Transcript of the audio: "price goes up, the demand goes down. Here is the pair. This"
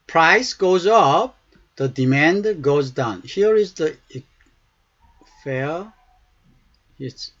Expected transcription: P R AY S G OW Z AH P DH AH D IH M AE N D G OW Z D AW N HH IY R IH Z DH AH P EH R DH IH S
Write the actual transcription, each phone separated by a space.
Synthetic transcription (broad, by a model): P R AY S G OW Z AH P DH AH D IH M AE N D G OW Z D AW N HH IY R IH Z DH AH F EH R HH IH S